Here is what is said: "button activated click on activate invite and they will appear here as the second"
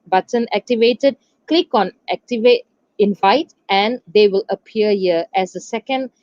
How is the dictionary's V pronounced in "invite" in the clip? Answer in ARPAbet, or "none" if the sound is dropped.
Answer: V